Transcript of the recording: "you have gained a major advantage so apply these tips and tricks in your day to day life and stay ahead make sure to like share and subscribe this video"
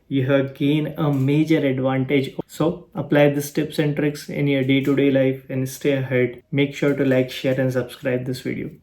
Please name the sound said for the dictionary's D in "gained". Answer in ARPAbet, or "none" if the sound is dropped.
none